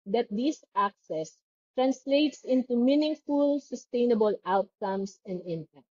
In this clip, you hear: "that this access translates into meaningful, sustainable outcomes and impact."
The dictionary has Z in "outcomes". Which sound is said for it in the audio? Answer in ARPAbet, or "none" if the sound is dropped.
S